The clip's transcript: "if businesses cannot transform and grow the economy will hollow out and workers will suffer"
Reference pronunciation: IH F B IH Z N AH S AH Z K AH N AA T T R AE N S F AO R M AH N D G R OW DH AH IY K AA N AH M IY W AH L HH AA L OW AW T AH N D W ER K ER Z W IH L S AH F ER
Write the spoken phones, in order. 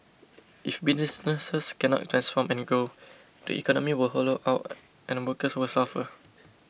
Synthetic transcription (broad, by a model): IH F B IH S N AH S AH S K AH N AA T T R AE N S F AO M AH N G OW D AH IY K AA N AH M IY W AH L HH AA L OW AW T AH N W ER K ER S W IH L S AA F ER